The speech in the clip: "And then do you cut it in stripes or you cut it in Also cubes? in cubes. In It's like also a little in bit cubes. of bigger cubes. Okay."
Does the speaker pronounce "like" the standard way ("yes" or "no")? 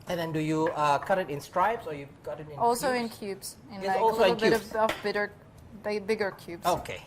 no